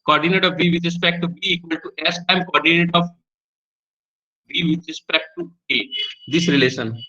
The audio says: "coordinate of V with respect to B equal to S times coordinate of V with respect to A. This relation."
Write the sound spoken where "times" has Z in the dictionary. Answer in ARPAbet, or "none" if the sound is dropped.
none